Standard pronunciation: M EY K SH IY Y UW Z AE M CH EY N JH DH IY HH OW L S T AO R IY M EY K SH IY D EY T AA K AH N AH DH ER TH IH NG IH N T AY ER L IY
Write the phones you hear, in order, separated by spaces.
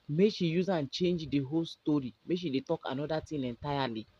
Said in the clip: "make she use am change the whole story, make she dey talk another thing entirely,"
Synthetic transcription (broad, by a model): M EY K SH IY Y UW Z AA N CH EY N JH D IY HH OW L S T AO R IY M EY K SH IY D EY T AA K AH N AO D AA T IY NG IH N T AY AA L IY